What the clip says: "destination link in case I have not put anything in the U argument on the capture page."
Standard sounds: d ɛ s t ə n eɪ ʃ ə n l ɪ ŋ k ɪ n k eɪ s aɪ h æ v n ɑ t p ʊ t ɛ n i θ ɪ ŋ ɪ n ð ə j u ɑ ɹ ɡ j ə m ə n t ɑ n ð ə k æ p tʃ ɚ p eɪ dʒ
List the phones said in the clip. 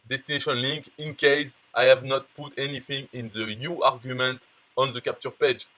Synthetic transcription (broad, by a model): d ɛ s t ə n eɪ ʃ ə n l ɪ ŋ k ɪ n k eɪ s aɪ h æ v n ɑ t p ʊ t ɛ n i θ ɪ ŋ ɪ n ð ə j u ɑ ɹ ɡ j ə m ə n t ɑ n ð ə k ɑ p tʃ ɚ p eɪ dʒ